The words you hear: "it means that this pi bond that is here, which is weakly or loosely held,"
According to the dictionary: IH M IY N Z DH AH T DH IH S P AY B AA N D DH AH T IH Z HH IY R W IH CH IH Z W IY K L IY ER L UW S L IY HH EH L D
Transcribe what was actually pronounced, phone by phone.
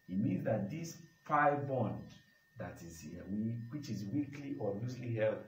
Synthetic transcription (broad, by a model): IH M IY N Z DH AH T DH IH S F AY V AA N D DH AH T IH Z HH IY W W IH CH IH Z W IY K L IY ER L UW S L IY HH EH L